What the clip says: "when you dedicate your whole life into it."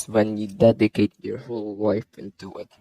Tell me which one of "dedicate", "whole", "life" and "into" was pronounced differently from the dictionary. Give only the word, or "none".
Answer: life